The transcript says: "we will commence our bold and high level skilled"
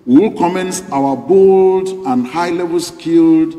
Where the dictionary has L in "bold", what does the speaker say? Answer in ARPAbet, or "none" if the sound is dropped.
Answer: L